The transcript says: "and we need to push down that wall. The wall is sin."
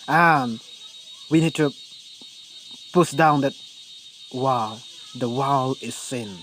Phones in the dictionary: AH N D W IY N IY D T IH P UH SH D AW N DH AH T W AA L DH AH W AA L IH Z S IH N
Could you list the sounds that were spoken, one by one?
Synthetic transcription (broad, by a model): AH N W IY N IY D T IH P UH S D AW N DH AH T W AA L DH AH W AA L IH Z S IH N